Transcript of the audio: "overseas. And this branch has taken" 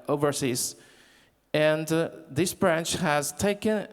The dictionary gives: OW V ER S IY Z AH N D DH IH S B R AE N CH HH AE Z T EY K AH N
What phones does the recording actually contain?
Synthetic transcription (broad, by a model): OW V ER S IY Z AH N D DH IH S B R AE N CH HH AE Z T EY K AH N